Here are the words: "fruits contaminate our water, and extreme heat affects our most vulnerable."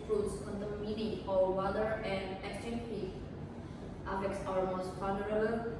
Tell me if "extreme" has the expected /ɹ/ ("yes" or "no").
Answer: no